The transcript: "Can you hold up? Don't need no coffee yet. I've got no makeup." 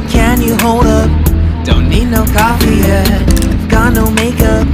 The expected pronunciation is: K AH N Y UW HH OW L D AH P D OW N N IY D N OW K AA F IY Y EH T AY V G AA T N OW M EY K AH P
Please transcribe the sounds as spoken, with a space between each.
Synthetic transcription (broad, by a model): K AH N Y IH HH OW L D AH P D OW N N IY D N OW K AA F IY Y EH AY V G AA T N OW M EY K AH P